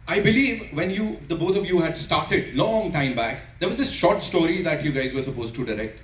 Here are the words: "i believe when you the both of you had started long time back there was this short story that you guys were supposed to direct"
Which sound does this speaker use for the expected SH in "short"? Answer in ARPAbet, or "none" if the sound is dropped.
SH